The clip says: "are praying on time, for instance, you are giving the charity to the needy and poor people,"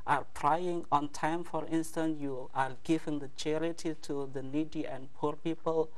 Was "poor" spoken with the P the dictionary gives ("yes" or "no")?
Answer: yes